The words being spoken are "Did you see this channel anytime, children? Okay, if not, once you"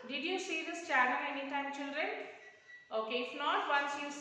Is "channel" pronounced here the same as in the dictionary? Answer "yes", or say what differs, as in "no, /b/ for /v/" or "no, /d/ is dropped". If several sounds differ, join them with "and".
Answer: no, /n/ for /l/